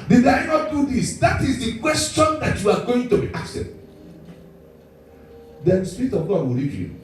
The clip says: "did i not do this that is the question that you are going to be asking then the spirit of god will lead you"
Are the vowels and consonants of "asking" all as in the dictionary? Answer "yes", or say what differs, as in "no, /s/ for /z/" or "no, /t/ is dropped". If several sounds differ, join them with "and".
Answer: no, /k/ is dropped